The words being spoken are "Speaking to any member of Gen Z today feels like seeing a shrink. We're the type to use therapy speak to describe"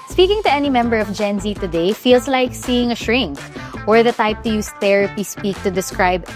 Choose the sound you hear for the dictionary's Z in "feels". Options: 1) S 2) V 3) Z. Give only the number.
1